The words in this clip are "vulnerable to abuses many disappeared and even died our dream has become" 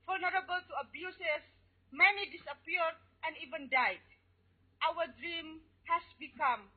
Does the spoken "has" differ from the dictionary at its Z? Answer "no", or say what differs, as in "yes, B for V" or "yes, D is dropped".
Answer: yes, S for Z